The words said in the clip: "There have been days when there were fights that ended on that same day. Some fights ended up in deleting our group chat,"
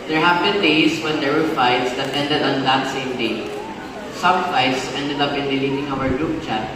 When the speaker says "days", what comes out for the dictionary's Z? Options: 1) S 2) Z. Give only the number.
1